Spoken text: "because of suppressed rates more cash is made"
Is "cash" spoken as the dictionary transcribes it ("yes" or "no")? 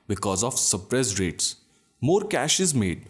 yes